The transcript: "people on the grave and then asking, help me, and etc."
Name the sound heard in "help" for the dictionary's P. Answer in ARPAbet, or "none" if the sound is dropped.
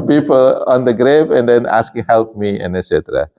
P